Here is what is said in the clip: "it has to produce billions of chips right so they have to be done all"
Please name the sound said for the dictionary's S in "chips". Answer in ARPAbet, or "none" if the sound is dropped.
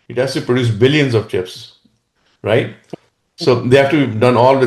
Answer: S